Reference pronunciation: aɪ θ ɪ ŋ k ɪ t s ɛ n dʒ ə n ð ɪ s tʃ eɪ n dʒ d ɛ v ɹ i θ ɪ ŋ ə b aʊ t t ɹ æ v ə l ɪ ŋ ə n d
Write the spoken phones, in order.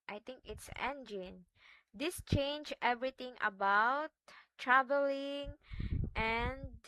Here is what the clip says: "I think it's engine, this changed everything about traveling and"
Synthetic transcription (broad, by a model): aɪ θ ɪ ŋ k ɪ t s ɛ n dʒ ə n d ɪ s tʃ eɪ n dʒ ɛ v ɹ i t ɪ ŋ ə b aʊ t t ɹ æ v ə l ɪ ŋ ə n